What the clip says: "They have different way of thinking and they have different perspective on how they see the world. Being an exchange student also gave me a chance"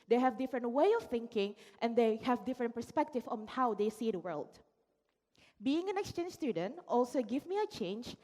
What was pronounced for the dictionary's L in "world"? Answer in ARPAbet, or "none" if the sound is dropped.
L